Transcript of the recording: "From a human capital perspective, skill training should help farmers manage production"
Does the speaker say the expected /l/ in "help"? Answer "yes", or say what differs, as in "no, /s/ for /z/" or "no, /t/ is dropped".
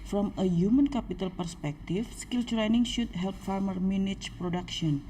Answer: yes